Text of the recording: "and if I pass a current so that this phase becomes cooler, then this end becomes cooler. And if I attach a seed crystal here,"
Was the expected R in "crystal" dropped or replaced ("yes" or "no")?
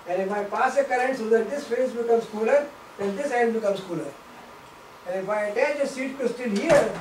yes